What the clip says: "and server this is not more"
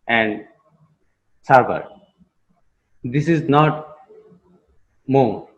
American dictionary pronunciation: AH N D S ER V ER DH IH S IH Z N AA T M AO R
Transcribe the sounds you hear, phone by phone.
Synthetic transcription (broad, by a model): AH N D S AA B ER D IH S IH Z N AA T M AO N